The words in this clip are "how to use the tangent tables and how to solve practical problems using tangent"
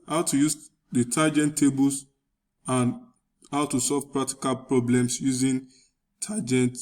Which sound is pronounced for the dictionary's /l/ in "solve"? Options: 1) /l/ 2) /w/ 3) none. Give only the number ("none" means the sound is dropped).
1